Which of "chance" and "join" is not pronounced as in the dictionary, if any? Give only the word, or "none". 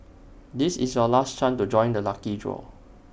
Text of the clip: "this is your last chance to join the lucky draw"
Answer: chance